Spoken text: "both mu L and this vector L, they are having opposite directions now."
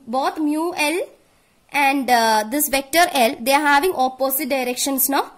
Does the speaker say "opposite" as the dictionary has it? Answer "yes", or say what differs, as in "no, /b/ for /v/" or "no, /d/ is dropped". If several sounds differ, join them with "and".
no, /s/ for /z/